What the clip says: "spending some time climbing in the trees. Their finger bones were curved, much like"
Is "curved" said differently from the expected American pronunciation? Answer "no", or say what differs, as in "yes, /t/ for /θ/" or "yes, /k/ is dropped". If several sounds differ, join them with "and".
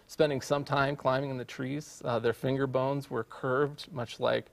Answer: no